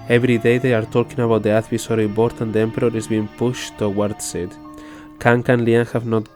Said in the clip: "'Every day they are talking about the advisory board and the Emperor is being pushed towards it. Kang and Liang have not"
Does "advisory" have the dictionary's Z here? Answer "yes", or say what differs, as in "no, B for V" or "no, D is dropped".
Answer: no, S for Z